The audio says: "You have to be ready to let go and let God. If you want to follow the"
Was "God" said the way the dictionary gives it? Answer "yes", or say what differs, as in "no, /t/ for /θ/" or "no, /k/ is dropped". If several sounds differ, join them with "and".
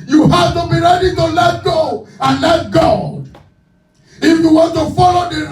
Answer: no, /d/ is dropped